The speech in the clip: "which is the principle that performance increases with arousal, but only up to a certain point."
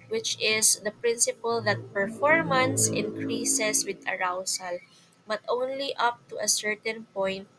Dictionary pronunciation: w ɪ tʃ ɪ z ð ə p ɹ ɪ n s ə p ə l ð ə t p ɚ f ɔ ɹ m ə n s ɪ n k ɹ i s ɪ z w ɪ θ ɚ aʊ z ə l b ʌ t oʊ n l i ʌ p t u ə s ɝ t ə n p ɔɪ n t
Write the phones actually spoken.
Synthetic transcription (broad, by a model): w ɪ tʃ ɪ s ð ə p ɹ ɪ n s ə p ə l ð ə t p ɚ f ɔ ɹ m ə n s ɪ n k ɹ i s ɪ s w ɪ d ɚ aʊ s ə l b ʌ t oʊ n l i ʌ p t u ə s ɝ t ə n p ɔɪ n t